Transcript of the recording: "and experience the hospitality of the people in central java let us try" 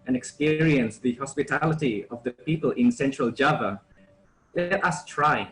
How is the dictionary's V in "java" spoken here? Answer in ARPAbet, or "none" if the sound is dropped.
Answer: V